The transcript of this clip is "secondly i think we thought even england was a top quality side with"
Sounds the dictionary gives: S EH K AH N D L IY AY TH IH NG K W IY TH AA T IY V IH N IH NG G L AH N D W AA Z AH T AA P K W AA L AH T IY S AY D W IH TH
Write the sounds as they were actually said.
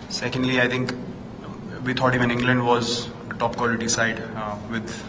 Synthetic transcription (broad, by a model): S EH K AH N D L IY AY T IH NG K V IY T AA T IY V IH N IH NG G L AH N D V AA Z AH T AA P K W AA L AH T IY S AY D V IH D